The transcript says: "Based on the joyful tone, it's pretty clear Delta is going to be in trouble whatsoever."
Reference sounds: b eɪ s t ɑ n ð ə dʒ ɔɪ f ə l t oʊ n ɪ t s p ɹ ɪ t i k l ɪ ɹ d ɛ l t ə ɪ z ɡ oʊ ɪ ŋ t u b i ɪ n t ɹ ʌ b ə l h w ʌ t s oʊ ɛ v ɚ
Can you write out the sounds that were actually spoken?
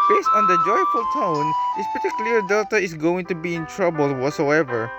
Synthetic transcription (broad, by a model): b eɪ s t ɑ n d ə dʒ ɔɪ f ə l t oʊ n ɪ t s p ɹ t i k l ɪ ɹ d ɛ l t ə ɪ s ɡ oʊ ɪ ŋ t u b i ɪ n t ɹ ʌ b ə l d w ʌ t s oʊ ɛ v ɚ